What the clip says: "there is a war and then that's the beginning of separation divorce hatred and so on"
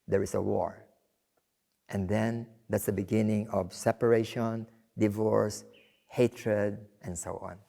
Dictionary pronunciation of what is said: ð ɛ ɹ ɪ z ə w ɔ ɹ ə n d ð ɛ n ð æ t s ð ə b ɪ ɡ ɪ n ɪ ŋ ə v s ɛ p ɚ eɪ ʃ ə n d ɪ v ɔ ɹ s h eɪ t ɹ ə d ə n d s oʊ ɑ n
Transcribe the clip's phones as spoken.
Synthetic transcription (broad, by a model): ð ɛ ɹ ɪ s ə w ɔ ɹ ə n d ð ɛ n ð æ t s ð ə b ɪ ɡ ɪ n ɪ ŋ ə v s ɛ p ɚ eɪ ʃ ə n d ɪ v ɔ ɹ s h eɪ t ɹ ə d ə n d s oʊ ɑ n